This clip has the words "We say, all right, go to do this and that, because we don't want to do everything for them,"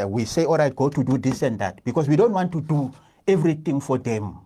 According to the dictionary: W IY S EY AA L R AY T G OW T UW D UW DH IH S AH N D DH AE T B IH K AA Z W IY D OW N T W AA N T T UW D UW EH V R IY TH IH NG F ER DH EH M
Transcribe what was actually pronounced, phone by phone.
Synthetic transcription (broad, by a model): W IY S EY AA L R AY T G OW T UW D UW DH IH S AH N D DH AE T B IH K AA S W IY D OW N T W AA N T T UW D UW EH V R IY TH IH NG F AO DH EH M